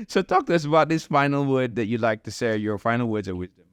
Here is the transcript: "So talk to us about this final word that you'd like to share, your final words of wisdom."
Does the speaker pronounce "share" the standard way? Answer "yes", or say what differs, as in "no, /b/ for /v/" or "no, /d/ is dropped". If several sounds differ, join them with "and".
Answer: no, /s/ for /ʃ/